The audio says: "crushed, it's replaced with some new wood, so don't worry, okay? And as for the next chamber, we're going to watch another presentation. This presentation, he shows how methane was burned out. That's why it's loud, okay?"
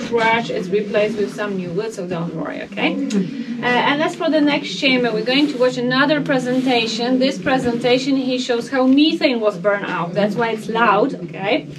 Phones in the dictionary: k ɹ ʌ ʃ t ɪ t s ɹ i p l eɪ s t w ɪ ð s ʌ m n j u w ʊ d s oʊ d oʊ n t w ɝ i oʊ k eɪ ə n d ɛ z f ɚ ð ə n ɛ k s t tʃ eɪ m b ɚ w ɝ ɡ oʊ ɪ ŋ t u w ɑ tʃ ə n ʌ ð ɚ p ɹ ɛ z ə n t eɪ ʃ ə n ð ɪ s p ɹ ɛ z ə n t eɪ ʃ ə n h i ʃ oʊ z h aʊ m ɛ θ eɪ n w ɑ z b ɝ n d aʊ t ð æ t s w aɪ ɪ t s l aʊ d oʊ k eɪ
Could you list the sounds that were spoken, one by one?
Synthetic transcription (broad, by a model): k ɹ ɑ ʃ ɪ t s ɹ i p l eɪ s t w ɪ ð s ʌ m n j u w ʊ d s oʊ d oʊ n t w ɝ i oʊ k eɪ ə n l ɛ s f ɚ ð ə n ɛ k s t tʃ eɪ m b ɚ w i ɡ oʊ ɪ ŋ t u w ɑ tʃ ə n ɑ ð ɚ p ɹ ɛ z ə n t eɪ ʃ ə n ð ɪ s p ɹ ɛ z ə n t eɪ ʃ ə n h i ʃ oʊ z h aʊ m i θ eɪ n w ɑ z b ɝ n aʊ t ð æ t s w aɪ ɪ t s l aʊ d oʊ k eɪ